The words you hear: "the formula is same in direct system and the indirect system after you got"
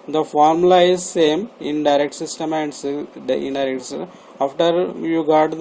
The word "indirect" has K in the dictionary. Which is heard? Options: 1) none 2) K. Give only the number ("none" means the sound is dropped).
1